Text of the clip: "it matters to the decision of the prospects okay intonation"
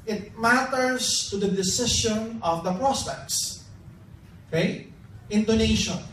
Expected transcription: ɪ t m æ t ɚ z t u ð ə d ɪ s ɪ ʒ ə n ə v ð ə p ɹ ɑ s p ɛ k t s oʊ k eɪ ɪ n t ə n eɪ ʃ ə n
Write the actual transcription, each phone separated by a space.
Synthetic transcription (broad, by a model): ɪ t m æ t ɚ s t u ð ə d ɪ s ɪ ʃ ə n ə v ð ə p ɹ ɑ s p ɛ k t s oʊ k eɪ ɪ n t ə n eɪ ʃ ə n